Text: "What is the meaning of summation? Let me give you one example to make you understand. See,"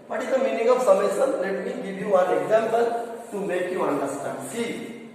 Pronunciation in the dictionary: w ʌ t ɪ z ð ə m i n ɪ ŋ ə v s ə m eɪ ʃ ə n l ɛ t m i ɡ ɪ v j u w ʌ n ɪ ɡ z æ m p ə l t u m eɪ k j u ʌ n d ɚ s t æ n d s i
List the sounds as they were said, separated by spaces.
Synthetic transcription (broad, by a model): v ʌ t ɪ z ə m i n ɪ ŋ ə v s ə m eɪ s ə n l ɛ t m i ɡ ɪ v j u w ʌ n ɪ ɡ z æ m p ə l t u m eɪ k j u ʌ n d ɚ s t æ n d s i